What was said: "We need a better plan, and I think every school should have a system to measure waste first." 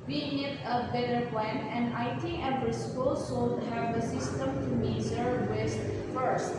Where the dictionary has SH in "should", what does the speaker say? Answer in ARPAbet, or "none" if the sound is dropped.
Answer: S